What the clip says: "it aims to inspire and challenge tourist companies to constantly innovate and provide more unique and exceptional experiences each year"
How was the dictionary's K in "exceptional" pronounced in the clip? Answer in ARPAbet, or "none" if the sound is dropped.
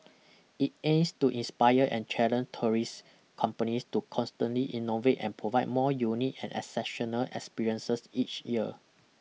none